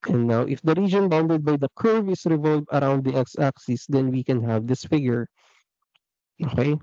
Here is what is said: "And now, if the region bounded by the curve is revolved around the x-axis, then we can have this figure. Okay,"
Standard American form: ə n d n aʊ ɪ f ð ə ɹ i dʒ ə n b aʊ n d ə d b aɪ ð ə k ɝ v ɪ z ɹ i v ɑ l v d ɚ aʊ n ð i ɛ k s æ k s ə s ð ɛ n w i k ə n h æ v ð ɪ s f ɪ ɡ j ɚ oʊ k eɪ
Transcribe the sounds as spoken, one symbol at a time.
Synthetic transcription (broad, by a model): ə n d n aʊ ɪ f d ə ɹ i dʒ ə n b aʊ n d ə d b aɪ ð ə k ɝ v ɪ s ɹ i v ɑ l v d aʊ n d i ɛ k s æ k s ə s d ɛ n w i k ə n h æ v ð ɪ s f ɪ ɡ j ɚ oʊ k eɪ